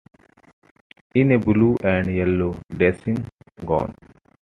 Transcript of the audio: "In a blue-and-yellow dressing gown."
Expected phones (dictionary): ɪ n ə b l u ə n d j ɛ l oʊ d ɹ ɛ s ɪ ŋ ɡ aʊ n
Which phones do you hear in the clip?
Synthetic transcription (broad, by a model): ɪ n ə b l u ə n d j ɛ l oʊ d ɛ s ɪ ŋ ɡ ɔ n